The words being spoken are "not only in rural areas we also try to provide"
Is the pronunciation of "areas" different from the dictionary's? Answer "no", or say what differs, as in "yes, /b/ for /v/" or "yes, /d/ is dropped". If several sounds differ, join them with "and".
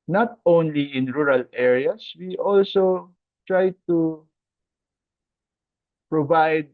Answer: yes, /s/ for /z/